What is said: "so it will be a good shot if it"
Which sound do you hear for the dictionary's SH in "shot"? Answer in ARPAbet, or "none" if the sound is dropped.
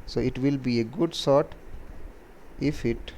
S